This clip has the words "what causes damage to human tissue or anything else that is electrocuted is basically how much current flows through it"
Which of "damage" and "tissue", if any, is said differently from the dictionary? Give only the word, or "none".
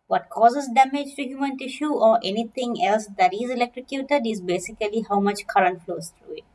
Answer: none